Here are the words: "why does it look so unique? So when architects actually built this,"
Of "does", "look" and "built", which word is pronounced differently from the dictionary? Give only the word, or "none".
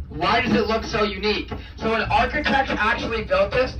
none